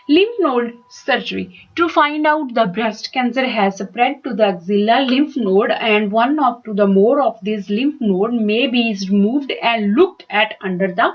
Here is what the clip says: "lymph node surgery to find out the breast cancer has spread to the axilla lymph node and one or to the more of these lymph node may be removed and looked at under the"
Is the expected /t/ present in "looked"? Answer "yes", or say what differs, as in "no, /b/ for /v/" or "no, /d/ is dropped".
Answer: yes